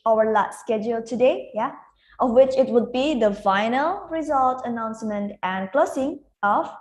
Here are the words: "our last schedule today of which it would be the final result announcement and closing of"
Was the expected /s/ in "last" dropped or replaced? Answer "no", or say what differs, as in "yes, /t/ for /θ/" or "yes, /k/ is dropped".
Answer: yes, /s/ is dropped